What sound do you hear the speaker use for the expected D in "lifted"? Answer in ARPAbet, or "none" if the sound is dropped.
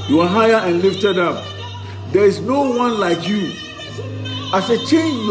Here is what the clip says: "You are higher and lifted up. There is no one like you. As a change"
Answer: D